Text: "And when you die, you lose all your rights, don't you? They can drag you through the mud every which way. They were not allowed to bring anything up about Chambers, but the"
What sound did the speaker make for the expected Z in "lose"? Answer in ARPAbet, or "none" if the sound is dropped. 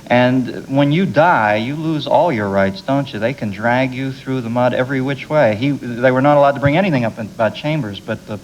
Z